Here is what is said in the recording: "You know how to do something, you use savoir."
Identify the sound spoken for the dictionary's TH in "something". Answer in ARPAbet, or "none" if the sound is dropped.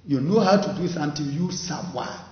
T